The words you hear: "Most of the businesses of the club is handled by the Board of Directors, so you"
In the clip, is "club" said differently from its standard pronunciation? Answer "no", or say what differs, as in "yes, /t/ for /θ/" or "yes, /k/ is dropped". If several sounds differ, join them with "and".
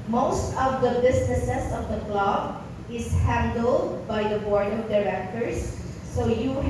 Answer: no